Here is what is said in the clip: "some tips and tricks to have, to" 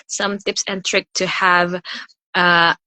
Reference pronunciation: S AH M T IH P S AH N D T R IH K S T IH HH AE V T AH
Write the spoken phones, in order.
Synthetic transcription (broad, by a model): S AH M T IH P S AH N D T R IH K T IH HH AE V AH